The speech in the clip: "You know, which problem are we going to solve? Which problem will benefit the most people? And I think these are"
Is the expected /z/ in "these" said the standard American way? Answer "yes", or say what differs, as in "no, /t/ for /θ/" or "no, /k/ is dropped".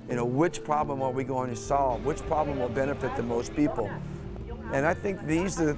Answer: yes